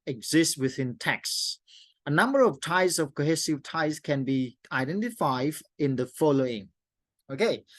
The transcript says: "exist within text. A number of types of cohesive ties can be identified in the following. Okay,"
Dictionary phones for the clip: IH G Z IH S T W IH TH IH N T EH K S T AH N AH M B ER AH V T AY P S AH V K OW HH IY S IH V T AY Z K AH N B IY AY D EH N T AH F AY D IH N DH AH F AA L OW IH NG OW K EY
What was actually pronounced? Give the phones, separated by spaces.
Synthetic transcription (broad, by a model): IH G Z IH S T W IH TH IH N T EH K S AH N AH M B ER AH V T AY S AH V K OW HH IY S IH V T AY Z K AH N B IY AY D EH N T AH F AY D IH N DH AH F AA L OW IH NG OW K EY